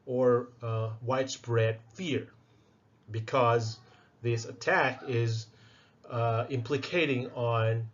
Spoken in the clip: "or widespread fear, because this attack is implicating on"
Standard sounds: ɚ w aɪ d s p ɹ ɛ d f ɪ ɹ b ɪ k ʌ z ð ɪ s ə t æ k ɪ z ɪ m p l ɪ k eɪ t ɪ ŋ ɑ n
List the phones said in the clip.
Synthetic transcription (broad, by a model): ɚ w aɪ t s b ɹ ɛ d f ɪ ɹ b ɪ k ʌ z ð ɪ s ə t æ k ɪ z ɪ m p l ɪ k eɪ t ɪ ŋ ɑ n